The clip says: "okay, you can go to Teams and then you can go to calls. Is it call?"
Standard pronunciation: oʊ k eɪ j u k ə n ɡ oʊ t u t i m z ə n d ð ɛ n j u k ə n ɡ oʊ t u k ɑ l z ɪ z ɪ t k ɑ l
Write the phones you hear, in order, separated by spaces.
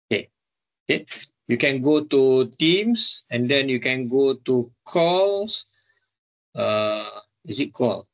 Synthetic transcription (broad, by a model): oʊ k eɪ j u k ə n ɡ oʊ t u t i m s ə n d ɛ n j u k ə n ɡ oʊ t u k ɑ l s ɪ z ɪ t k ɑ l